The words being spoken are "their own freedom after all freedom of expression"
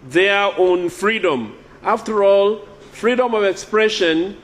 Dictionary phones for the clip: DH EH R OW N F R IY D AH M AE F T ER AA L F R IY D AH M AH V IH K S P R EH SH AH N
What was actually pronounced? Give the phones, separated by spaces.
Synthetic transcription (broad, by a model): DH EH OW N F R IY D AH M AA F T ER AA L F R IY D AH M AH V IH K S P R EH SH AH N